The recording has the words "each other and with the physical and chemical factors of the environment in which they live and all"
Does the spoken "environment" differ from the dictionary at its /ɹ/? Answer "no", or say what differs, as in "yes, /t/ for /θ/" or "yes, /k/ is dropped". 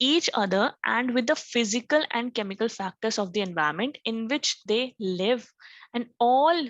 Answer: yes, /ɹ/ is dropped